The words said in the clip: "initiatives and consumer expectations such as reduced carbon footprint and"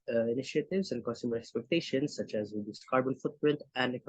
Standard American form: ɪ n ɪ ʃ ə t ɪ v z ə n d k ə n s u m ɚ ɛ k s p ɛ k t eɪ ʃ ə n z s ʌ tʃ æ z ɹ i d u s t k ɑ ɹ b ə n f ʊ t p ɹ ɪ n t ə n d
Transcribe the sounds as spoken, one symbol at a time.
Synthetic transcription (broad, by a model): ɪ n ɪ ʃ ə t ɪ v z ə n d k ə n s u m ɚ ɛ k s p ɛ k t eɪ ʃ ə n s ʌ tʃ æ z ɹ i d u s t k ɑ ɹ b ə n f ʊ t p ɹ ɪ n t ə n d